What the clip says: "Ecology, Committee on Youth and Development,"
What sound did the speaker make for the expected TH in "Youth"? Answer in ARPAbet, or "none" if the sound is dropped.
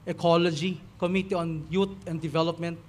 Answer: T